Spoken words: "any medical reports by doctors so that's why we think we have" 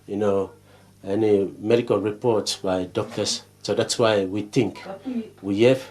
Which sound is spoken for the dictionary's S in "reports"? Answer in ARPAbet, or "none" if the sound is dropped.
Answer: S